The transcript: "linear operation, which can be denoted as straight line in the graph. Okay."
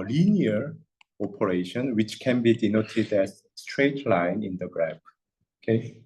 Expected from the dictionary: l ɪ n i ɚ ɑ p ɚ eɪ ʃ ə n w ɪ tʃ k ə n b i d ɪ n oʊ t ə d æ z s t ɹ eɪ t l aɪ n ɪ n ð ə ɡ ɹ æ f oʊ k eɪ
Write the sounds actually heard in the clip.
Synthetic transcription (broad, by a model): l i n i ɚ ɑ p ɚ eɪ ʃ ə n w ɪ tʃ k ə n b i d ɪ n oʊ t ə d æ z s t ɹ eɪ t l aɪ n ɪ n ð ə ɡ ɹ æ p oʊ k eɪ